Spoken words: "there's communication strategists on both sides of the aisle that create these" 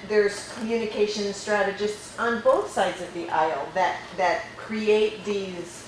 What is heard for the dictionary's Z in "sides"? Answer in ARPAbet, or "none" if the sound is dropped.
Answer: Z